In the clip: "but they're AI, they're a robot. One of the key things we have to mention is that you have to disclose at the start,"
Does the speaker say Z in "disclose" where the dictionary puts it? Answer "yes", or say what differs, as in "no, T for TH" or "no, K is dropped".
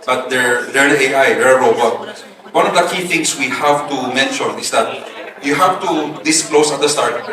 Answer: no, S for Z